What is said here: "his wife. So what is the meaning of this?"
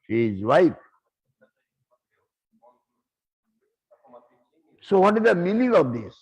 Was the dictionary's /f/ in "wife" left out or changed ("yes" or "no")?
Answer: yes